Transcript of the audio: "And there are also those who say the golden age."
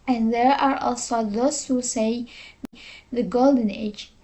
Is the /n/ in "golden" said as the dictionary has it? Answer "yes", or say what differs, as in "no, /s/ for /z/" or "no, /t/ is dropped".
yes